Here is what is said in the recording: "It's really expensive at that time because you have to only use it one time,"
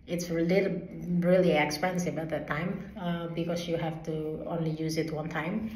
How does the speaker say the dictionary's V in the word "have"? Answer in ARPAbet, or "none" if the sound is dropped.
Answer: F